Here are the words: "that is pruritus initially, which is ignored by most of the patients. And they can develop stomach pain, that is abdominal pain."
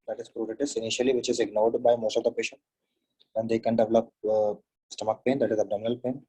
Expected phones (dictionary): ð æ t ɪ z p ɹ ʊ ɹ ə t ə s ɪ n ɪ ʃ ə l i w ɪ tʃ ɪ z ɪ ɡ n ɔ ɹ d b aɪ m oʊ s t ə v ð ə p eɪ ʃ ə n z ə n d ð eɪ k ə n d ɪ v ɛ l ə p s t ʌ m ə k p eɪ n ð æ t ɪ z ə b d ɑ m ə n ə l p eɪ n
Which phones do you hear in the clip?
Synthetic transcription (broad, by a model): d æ t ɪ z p ɹ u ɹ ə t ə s ɪ n ɪ ʃ ə l i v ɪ tʃ ɪ z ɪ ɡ n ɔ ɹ d b aɪ m oʊ s t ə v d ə p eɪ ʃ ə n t ə n d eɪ k ə n d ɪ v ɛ l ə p s t ʌ m ə k p eɪ n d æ t ɪ z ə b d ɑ m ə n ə l p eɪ n